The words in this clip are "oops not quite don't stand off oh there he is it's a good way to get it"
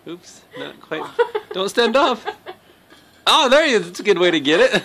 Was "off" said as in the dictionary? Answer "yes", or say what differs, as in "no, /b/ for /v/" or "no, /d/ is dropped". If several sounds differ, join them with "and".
no, /p/ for /f/